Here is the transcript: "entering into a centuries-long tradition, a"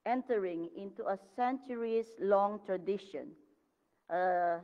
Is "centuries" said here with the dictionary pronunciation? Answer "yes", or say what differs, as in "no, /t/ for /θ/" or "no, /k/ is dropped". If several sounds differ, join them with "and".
no, /s/ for /z/